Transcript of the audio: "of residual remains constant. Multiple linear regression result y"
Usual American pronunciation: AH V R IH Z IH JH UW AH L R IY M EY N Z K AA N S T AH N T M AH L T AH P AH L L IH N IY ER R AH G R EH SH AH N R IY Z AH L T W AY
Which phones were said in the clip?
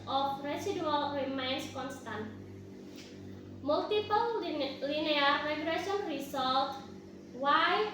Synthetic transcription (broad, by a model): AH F R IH S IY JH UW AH L R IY M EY N S K AA N S T AH N T M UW L T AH P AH L L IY N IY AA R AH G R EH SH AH N R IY S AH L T W AY